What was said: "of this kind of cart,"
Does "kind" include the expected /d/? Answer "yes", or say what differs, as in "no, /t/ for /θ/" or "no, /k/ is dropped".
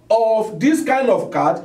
yes